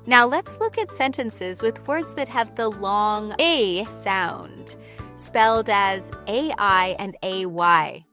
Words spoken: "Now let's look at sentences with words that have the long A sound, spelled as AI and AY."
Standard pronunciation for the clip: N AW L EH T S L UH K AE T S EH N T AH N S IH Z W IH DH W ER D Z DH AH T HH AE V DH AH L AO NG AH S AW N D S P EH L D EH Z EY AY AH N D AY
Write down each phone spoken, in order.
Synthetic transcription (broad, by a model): N AW L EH T S L UH K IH T S EH N T AH N S IH Z W IH DH W ER D Z DH AH T HH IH V DH AH L AO NG AH S AW N D S P EH L D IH Z EY AY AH N D AY